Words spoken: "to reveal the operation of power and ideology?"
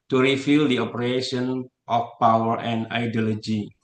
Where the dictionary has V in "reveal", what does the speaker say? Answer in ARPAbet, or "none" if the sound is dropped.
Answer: F